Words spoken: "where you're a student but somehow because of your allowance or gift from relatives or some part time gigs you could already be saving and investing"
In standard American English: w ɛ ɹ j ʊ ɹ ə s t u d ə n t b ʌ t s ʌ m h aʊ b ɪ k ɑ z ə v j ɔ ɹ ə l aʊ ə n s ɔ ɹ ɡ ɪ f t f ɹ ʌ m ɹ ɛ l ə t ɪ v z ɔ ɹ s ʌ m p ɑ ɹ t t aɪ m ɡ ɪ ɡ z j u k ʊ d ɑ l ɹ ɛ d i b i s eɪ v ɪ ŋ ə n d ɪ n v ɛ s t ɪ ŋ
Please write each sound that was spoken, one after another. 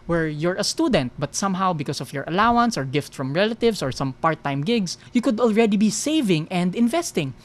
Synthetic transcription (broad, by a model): w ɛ ɹ j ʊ ɹ ə s t u d ə n t b ʌ t s ʌ m h aʊ b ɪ k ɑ s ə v j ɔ ɹ ə l aʊ ə n s ɔ ɹ ɡ ɪ f t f ɹ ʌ m ɹ ɛ l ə t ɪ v s ɔ ɹ s ʌ m p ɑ ɹ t t aɪ m ɡ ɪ ɡ s j u k ʊ d ɑ l ɹ ɛ d i b i s eɪ v ɪ ŋ ə n d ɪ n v ɛ s t ɪ ŋ